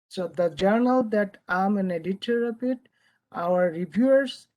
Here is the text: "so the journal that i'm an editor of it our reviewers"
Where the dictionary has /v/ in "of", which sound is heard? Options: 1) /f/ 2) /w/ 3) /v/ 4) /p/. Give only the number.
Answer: 4